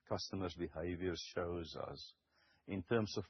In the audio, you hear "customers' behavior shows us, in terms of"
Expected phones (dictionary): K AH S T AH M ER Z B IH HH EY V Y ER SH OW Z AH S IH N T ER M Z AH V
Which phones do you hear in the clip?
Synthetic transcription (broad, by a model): K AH S T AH M ER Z B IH HH EY V Y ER SH OW Z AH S IH N T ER M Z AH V